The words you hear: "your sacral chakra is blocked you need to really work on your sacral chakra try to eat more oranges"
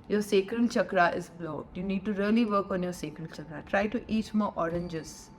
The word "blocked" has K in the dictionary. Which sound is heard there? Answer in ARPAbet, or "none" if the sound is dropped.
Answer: none